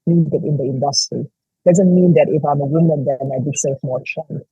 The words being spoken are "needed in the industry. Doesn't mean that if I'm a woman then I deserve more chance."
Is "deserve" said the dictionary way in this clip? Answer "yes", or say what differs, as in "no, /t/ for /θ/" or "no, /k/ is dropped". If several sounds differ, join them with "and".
no, /s/ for /z/ and /f/ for /v/